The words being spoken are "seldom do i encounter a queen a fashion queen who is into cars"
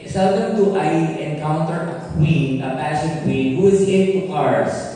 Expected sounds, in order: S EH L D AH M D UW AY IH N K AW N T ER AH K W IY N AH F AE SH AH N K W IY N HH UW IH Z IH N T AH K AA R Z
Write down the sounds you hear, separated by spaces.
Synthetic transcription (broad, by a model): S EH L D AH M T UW AY IH N K AW N T ER AH K W IY N AH P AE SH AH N K W IY N HH UW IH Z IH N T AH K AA R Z